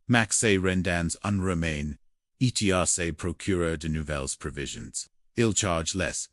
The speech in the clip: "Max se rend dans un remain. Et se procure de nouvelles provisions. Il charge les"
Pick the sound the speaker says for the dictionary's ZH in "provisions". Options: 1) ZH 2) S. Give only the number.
1